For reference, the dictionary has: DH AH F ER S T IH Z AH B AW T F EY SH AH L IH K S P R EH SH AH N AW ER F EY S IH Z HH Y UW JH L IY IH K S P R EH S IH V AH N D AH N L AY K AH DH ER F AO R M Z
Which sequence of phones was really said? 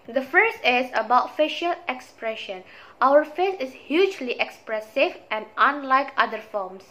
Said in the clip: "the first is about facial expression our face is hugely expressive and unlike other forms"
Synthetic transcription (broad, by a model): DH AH F ER S T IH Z AH B AW T F EY SH AH L IH K S P R EH SH AH N AW ER F EY S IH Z HH Y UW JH L IY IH K S P R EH S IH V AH N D AH N L AY K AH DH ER F AO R M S